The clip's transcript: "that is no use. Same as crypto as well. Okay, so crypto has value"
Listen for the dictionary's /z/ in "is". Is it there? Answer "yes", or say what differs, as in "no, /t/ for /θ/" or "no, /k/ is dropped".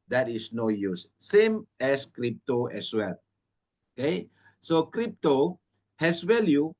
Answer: no, /s/ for /z/